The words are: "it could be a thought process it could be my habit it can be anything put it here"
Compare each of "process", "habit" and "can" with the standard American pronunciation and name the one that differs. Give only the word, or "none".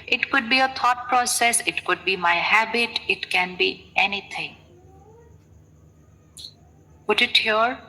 none